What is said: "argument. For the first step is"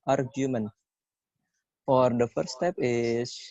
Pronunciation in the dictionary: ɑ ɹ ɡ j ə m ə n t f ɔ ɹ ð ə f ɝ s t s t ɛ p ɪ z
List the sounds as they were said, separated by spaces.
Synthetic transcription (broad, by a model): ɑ ɹ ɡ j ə m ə n f ɔ ɹ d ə f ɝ t s t ɛ p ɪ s